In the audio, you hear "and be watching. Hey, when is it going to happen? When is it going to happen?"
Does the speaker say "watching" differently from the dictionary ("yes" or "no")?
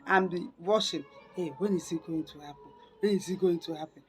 yes